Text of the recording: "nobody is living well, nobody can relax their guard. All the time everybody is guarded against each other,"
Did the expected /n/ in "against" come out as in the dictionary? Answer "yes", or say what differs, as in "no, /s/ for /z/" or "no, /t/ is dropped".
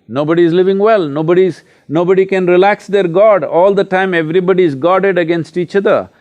yes